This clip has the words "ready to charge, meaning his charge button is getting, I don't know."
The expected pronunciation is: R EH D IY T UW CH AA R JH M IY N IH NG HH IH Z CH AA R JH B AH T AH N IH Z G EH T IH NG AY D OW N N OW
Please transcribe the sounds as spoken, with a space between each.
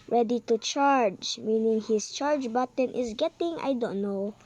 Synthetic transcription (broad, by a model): R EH D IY T UW CH AA R JH M IY N IH NG HH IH S CH AA R JH B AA T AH N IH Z G EH T IH NG AY D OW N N OW